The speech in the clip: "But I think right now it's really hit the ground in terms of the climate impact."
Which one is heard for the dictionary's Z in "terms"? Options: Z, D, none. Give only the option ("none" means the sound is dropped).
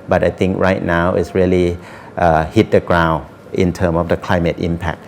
none